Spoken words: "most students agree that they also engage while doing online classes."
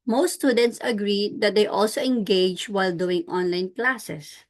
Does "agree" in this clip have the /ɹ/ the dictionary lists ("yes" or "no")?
yes